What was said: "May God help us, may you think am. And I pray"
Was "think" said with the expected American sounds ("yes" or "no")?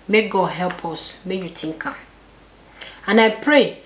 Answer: no